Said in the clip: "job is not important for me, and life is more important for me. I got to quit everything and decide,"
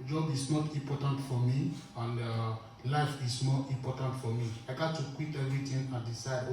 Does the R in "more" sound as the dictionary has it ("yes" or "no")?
no